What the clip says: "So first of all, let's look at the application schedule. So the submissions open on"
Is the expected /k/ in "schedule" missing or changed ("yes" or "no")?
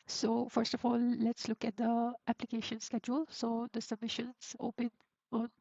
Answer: no